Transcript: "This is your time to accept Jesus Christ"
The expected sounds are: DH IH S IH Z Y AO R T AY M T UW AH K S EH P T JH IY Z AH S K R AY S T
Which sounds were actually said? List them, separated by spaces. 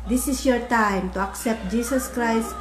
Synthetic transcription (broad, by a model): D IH S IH S Y AO R T AY M T UW AH K S EH P T JH IY S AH S K R AY S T